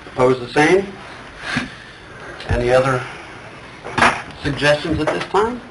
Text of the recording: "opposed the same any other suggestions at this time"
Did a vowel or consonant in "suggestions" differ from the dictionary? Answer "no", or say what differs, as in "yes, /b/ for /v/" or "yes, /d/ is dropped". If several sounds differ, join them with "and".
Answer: no